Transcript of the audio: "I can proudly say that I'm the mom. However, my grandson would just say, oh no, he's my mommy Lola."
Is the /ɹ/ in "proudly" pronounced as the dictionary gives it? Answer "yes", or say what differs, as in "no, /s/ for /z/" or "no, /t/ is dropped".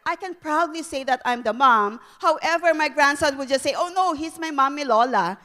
yes